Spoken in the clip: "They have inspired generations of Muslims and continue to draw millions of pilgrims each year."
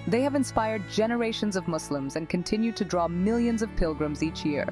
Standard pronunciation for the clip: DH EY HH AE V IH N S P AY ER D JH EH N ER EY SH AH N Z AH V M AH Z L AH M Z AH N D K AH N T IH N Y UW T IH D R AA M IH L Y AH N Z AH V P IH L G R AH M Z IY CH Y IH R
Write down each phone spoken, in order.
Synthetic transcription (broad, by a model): DH EY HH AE V IH N S P AY ER D JH EH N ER EY SH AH N Z AH V M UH S L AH M Z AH N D K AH N T IH N Y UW T IH D R AA M IH L Y AH N Z AH V P IH L G R AH M Z IY CH Y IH R